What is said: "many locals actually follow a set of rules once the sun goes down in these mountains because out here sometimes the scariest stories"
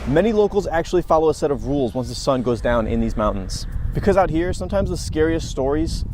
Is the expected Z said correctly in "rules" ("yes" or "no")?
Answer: yes